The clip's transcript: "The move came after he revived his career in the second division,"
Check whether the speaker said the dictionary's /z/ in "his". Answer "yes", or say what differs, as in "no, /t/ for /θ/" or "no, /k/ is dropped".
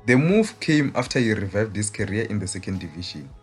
no, /s/ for /z/